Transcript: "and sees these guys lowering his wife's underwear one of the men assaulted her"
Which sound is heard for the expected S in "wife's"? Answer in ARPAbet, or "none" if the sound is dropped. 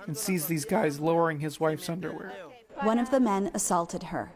S